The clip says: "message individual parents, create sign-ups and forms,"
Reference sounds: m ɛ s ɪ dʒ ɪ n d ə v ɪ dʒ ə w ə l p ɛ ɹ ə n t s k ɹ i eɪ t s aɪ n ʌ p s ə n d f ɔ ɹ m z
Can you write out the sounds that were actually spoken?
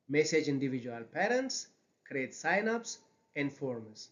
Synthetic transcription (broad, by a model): m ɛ s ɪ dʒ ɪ n d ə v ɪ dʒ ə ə l p ɛ ɹ ə n t s k ɹ i eɪ t s aɪ n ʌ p s ə n d f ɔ ɹ m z